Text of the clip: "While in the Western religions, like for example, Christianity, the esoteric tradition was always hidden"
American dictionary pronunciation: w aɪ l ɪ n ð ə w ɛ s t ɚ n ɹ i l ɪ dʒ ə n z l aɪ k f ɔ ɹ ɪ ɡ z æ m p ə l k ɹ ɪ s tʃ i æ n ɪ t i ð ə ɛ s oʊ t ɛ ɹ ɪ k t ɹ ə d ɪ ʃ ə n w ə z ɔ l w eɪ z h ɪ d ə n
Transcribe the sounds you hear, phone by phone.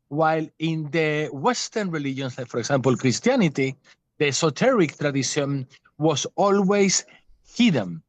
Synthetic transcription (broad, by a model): w aɪ l ɪ n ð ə w ɛ s t ɚ n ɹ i l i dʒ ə n s l aɪ k f ɔ ɹ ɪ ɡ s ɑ m p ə l k ɹ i s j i n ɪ t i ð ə s oʊ t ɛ ɹ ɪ k t ɹ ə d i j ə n w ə s ɔ l w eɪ s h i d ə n